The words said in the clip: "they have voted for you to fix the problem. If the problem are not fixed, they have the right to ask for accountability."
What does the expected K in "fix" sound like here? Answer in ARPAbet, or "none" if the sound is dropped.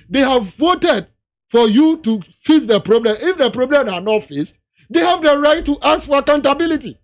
none